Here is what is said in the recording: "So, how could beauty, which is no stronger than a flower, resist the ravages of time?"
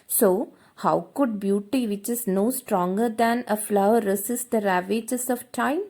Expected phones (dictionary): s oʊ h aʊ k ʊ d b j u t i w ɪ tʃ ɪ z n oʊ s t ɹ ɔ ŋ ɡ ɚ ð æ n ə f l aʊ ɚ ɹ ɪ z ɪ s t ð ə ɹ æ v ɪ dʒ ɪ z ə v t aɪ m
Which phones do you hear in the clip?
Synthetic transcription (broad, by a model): s oʊ h aʊ k ʊ d b j u t i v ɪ tʃ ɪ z n oʊ s t ɹ ɔ ŋ ɡ ɚ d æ n ə f l aʊ ɚ ɹ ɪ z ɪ s t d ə ɹ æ v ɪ dʒ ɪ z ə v t aɪ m